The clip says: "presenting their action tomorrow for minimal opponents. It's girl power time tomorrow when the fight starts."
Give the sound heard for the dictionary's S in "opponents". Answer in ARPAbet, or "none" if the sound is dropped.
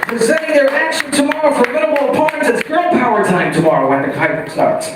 none